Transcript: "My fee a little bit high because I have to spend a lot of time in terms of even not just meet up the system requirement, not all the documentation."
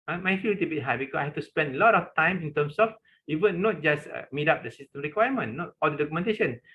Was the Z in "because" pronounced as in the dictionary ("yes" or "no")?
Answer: no